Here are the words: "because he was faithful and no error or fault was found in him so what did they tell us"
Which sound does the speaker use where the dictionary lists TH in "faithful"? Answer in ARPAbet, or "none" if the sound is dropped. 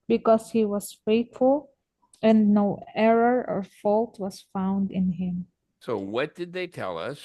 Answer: T